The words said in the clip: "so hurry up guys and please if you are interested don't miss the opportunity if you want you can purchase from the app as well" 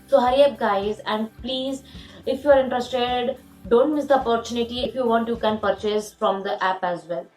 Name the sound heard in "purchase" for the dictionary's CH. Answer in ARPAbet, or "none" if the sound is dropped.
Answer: CH